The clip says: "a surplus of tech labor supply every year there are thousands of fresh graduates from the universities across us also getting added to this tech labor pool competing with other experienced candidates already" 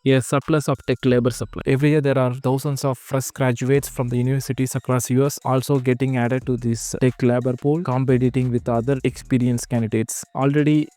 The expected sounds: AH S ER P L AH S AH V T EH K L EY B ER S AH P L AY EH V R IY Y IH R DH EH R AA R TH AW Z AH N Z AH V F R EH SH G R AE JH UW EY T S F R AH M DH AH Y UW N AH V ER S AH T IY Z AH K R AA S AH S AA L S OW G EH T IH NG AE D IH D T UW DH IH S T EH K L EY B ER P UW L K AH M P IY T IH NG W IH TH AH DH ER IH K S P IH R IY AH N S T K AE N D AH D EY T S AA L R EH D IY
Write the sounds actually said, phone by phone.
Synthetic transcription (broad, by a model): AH S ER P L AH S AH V T EH K L EY B ER S AH P L AY EH V R IY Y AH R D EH R AA R T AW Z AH N S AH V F R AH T G R AE JH UW EY T S F R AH M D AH Y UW N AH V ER S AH T IY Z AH K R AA S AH S AA L S OW G EH T IH NG AE D IH D T UW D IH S T EH K L EY B ER P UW L K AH M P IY T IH NG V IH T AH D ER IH K S P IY R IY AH N S K AE N D AH D EY T S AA L R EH D IY